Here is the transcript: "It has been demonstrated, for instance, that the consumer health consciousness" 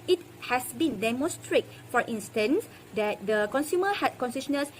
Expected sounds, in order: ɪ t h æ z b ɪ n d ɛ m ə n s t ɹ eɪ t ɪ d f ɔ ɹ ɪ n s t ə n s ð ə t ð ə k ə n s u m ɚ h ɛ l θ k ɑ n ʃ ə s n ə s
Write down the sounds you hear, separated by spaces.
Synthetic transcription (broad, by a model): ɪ t h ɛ s b ɪ n d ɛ m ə s t ɹ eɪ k f ɔ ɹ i n s t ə n s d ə t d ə k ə n s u m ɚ h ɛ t k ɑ n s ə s n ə s